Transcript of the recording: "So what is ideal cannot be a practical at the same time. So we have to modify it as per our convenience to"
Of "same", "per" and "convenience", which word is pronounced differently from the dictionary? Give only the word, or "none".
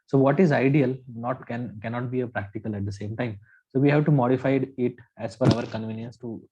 per